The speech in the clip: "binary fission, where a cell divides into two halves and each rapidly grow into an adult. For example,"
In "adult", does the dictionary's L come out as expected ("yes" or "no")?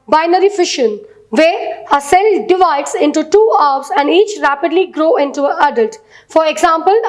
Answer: yes